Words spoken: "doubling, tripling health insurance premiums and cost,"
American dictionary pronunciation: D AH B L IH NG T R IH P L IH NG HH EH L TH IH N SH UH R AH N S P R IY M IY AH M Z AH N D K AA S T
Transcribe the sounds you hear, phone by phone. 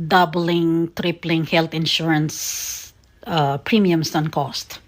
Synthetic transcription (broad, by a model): D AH B L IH NG T R IH P L IH NG HH EH L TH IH N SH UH R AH N S P R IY M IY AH M S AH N K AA S T